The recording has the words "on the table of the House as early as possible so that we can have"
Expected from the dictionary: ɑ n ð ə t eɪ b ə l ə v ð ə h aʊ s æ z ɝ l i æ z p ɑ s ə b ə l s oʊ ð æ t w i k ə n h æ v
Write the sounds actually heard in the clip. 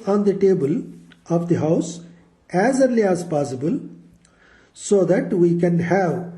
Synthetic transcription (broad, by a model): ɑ n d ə t eɪ b ə l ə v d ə h aʊ s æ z ɝ l i æ z p ɑ s ə b ə l s oʊ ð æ t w i k ə n h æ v